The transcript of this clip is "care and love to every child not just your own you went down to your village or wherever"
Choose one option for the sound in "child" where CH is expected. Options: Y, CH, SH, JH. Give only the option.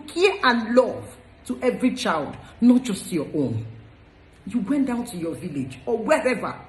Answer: CH